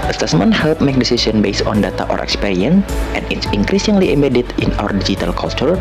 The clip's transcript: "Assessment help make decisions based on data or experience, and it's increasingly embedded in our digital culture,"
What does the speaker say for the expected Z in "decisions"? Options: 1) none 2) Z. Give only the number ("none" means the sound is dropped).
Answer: 1